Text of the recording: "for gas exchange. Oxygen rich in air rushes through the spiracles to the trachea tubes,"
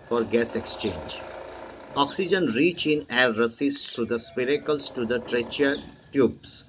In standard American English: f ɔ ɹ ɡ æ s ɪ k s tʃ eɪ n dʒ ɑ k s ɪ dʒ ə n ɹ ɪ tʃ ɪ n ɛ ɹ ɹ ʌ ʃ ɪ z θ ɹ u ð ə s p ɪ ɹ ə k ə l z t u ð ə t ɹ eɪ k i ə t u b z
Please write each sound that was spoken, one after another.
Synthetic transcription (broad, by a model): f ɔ ɹ ɡ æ s ɪ k s tʃ eɪ n dʒ ɑ k s ɪ dʒ ə n ɹ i tʃ ɪ n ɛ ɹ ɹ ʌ s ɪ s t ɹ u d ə s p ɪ ɹ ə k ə l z t u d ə t ɹ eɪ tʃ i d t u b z